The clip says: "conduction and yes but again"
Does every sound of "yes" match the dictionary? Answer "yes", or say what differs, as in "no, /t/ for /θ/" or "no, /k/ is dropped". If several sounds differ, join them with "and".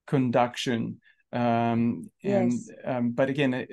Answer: no, /s/ is dropped